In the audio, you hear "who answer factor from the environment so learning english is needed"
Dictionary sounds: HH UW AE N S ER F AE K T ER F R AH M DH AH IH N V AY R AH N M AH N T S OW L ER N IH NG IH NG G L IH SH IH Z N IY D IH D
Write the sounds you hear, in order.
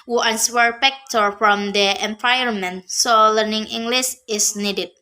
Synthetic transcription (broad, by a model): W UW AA N S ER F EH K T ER F R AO M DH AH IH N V AY AH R M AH N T S OW L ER N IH NG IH NG G L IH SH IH S N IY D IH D